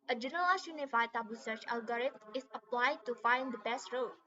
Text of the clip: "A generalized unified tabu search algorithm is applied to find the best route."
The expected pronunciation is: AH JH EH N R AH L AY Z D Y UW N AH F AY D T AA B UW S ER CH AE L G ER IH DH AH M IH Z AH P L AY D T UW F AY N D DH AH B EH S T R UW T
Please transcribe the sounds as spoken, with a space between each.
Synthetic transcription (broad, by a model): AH JH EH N AH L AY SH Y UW N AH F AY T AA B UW S ER CH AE L G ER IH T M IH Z AH P L AY D T UW F AY N D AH B EH S T R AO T